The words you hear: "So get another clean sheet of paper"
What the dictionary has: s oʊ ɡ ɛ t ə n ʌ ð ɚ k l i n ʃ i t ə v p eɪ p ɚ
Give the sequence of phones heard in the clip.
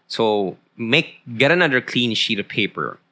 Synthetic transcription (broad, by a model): s oʊ ɡ ɛ t ə n ʌ ð ɚ k l i n ʃ i t ə v p eɪ p ɚ